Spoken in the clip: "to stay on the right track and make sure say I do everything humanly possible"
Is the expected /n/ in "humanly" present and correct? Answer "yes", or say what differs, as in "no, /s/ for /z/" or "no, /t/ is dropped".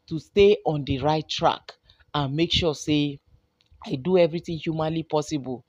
yes